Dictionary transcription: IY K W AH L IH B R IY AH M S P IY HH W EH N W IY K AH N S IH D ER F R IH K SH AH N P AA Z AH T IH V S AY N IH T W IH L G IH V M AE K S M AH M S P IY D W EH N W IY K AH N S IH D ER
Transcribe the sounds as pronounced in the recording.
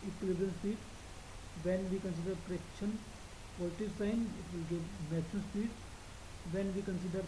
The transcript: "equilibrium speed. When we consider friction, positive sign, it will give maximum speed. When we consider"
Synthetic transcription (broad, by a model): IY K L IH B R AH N S P IY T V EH N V IY K AH N S IH D ER P R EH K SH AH N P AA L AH T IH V S AY N IH T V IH L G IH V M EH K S AH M S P IY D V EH N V IY K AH N S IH D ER